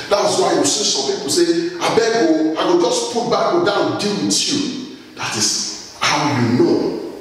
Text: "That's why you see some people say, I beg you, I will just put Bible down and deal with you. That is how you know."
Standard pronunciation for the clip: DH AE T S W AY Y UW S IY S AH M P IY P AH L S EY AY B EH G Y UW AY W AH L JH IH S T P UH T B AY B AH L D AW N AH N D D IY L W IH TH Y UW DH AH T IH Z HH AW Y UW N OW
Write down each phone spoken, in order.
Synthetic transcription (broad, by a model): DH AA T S W AY Y UW S IY S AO M P IY P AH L S EY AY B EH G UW AY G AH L JH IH S P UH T B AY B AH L D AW AH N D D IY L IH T Y UW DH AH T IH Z HH AW Y UW N OW